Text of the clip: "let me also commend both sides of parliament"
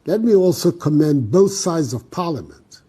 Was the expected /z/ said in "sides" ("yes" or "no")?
yes